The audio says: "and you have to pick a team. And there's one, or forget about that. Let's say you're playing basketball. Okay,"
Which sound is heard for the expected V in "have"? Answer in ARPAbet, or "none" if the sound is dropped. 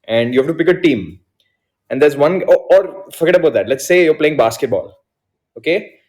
F